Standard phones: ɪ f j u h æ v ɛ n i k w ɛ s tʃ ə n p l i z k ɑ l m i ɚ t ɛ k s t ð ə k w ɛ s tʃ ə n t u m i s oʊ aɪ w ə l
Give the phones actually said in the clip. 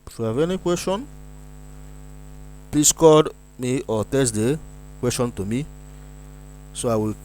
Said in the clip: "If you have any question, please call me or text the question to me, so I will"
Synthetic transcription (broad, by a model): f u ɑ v ɛ n i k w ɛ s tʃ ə n p l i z k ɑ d m i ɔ t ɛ s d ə k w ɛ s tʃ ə n t u m i s oʊ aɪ w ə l